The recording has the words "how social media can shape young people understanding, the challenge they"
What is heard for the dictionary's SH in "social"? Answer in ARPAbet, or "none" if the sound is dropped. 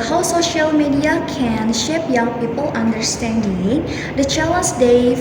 SH